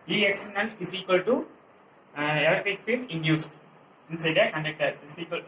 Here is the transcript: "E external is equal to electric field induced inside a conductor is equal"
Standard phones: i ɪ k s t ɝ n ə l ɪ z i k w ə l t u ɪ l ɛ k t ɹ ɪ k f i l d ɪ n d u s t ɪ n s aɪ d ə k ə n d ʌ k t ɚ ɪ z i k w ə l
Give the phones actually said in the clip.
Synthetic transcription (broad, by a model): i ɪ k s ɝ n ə n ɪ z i k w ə l t u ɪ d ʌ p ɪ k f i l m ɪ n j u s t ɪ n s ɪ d ə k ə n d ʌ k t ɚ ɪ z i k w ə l